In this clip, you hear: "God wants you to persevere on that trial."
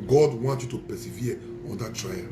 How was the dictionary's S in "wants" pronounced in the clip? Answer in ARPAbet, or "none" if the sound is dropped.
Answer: none